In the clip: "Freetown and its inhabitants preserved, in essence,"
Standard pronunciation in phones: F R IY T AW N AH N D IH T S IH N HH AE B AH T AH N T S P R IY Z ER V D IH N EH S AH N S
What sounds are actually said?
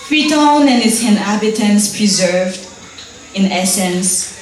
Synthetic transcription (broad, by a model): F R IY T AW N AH N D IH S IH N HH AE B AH T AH N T S P R IY Z ER V D IH N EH S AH N S